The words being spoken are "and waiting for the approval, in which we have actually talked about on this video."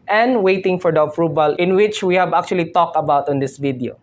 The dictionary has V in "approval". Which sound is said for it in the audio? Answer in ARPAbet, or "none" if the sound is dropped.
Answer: B